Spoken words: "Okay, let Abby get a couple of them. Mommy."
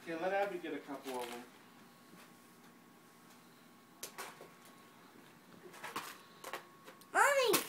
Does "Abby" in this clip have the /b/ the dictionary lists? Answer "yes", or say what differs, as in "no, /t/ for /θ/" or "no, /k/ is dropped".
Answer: no, /b/ is dropped